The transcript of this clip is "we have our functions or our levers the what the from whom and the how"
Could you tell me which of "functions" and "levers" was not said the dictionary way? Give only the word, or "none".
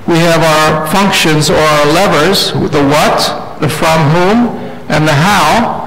none